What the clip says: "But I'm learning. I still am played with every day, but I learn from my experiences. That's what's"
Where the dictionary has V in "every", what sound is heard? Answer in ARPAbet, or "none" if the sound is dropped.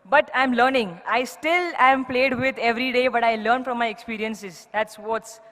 V